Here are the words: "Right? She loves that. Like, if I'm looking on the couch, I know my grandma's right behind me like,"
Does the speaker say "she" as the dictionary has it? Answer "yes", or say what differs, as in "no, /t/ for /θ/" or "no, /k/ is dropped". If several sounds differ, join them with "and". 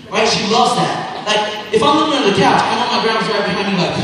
yes